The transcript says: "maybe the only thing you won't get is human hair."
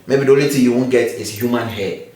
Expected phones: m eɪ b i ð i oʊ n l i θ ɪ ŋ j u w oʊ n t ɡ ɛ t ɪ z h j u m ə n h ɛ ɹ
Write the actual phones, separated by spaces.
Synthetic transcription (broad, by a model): m eɪ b i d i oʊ l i t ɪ j u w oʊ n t ɡ ɛ t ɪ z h j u m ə n h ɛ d